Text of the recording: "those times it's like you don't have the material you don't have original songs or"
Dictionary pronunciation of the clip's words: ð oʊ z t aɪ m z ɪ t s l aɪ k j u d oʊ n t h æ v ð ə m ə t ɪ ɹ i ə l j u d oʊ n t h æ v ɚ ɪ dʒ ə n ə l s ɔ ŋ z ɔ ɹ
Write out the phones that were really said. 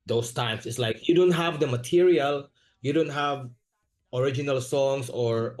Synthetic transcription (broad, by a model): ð oʊ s t aɪ m s ɪ t s l aɪ k j u d oʊ n t h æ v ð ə m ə t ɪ ɹ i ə l j u d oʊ n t h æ v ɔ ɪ dʒ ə n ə l s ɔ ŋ s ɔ ɹ